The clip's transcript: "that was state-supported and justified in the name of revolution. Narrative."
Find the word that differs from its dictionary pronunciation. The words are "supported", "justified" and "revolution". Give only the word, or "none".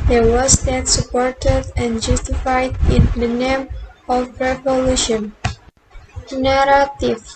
none